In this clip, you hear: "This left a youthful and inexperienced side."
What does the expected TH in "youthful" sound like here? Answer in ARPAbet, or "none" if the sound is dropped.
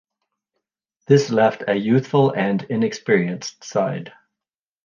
TH